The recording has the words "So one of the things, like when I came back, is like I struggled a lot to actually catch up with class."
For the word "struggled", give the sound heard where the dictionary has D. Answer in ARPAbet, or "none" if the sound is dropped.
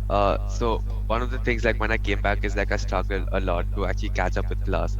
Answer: none